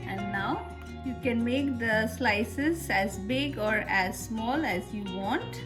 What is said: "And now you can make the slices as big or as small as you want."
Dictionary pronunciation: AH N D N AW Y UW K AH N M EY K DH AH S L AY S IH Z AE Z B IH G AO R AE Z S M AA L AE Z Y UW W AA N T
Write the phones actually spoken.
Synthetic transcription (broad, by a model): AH N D N AW Y UW K AH N M EY K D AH S L AY S IH Z AE Z B IH G AO R AE Z S M AA L AE Z Y UW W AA N T